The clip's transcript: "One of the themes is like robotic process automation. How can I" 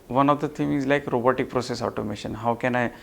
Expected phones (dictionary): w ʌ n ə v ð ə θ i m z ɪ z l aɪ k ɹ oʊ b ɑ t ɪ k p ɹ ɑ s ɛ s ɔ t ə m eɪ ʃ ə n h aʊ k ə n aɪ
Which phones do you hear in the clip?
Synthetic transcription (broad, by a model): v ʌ n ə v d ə t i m ɪ z l aɪ k ɹ oʊ b ɑ t ɪ k p ɹ ɑ s ɛ s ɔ t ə m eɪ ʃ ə n h aʊ k ə n aɪ